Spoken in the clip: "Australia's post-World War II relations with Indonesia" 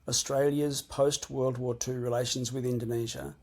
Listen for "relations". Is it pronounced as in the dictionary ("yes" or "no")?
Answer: yes